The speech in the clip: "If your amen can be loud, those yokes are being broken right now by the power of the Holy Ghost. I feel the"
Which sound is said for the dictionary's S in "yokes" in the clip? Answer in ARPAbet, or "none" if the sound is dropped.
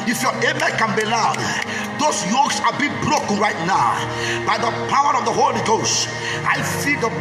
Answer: S